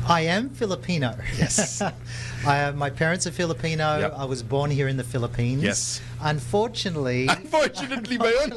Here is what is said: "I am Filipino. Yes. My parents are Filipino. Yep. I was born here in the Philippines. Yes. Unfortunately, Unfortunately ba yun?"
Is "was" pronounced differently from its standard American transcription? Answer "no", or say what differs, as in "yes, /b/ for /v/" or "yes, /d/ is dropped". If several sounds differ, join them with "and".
no